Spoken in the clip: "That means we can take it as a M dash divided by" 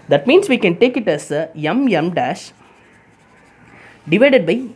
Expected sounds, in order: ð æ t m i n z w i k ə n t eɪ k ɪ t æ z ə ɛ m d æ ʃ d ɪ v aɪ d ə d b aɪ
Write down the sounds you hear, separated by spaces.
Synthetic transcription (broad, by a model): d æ t m i n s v i k ə n t eɪ k ɪ t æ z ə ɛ m d æ ʃ d ɪ v aɪ d ə d b aɪ